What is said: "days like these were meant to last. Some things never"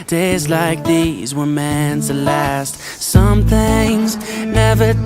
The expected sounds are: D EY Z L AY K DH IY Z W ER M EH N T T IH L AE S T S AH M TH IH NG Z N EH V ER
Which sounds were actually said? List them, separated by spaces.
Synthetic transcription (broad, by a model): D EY Z L AY K DH IY Z W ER M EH N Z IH L AE S T S AH M TH IH NG Z N EH V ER